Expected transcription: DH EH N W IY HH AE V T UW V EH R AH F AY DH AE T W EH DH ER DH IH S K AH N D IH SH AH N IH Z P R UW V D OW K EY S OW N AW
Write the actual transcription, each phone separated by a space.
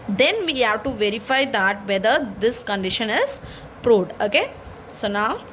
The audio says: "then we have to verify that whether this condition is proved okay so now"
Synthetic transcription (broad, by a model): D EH N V IY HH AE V T UW V EH R AH F AY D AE T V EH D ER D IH S K AH N D IH SH AH N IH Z P R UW D OW K EY S OW N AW